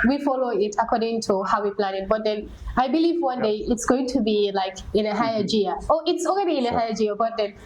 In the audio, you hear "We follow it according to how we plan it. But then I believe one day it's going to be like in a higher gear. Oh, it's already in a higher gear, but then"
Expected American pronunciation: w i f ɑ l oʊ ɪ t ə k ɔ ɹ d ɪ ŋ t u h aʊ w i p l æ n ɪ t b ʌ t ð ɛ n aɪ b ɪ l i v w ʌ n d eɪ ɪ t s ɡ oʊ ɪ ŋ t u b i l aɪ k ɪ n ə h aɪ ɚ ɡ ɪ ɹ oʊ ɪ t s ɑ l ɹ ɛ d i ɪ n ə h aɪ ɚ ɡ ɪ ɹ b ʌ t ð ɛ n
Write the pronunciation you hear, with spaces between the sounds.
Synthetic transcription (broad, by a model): w i f ɑ l oʊ ɪ t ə k ɔ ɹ d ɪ ŋ t u h aʊ w i p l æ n ɪ t b ʌ t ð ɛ n aɪ b ɪ l i v w ʌ n d eɪ ɪ t s ɡ oʊ ɪ ŋ t u b i l aɪ k ɪ n ə h aɪ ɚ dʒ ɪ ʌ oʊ ɪ t s ɑ l ɹ ɛ d i ɪ n ə h aɪ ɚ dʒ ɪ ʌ b ʌ t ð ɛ n